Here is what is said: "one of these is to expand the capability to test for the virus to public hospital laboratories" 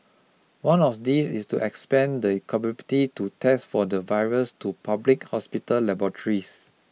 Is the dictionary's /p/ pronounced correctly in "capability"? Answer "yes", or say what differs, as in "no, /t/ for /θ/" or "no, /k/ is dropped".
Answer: no, /b/ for /p/